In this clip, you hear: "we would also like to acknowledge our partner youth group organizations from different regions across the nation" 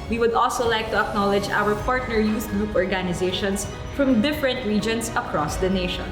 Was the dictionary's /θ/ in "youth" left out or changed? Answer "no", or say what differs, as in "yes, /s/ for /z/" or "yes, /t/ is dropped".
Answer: yes, /s/ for /θ/